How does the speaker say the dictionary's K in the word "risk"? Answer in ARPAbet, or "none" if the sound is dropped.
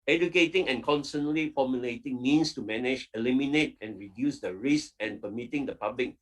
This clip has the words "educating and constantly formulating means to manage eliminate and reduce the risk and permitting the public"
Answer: none